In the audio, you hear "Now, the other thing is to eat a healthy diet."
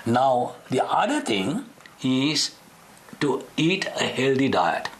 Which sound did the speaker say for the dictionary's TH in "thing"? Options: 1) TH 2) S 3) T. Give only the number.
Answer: 3